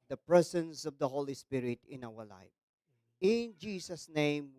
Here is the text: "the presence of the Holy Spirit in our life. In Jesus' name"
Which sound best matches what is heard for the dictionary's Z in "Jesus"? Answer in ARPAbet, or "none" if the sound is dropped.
S